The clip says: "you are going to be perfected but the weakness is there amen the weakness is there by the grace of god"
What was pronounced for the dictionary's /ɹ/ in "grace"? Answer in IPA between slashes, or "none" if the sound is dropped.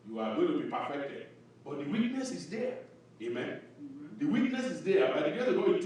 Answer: none